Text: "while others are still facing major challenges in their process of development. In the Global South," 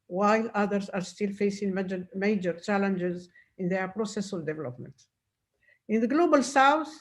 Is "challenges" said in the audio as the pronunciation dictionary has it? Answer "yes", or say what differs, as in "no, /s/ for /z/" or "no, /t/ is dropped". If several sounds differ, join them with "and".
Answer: yes